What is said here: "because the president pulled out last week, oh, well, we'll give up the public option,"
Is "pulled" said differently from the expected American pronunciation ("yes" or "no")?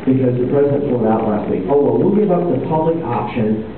yes